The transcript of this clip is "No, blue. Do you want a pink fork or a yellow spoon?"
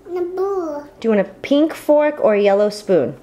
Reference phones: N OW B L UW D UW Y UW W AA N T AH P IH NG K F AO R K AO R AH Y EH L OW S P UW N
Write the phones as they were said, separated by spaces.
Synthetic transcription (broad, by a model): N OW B UW D UW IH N AH P IH NG K F AO R K AO R Y EH L OW S P UW N